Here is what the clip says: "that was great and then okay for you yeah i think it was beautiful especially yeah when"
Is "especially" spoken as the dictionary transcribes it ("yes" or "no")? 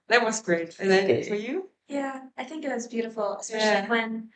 no